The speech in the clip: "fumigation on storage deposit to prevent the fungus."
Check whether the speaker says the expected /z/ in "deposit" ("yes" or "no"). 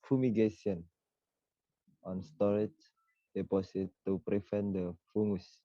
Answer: no